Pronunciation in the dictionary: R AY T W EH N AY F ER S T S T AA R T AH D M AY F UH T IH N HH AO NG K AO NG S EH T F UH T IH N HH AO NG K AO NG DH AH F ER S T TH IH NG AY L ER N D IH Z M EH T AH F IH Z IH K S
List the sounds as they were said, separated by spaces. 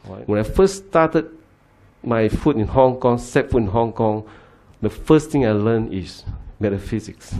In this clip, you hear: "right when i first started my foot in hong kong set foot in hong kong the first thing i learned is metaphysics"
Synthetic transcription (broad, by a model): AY W EH N AY F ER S S T AA T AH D M AY F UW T IH N HH AO NG K AO NG S EH T F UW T IH N HH AO NG K AO NG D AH F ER S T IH NG AY L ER N IH S M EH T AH F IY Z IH K S